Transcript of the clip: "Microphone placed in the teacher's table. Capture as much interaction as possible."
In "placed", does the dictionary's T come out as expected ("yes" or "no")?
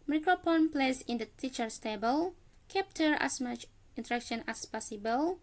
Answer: no